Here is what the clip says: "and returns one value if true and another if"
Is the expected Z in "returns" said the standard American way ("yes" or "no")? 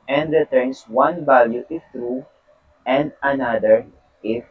no